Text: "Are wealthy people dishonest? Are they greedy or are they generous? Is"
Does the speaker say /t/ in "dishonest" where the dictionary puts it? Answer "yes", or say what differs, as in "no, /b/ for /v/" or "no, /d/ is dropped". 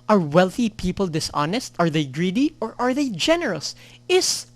yes